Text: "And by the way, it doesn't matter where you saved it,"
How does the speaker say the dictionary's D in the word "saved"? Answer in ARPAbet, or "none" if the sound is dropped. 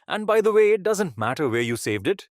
D